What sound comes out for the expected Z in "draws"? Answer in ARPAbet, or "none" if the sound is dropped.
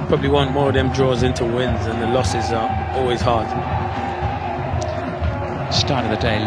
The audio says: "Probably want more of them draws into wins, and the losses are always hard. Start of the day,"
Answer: Z